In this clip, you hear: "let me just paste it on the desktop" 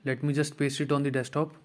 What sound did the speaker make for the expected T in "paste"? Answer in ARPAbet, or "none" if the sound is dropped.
none